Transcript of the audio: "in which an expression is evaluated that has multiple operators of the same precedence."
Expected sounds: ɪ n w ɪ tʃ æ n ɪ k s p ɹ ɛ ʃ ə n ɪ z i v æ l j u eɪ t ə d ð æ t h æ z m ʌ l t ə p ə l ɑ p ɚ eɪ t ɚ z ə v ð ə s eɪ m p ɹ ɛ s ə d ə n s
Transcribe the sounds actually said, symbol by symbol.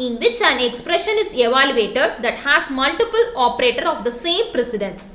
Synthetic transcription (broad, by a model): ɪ n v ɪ tʃ æ n ɪ k s p ɹ ɛ ʃ ə n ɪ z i v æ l j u eɪ t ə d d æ t h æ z m ʌ l t ə p ə l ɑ p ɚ eɪ t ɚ ə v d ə s eɪ m p ɹ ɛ s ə d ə n s